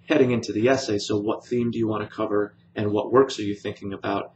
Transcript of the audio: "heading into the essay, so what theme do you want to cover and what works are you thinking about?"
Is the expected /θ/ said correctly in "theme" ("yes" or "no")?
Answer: yes